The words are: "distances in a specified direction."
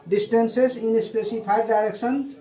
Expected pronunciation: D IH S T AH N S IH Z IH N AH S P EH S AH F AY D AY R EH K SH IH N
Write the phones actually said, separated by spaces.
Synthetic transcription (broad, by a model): D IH S T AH N S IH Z IH N AH S P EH S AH P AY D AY R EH K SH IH N